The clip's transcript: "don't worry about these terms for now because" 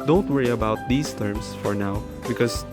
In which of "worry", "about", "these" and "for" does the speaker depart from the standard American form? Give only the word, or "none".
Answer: these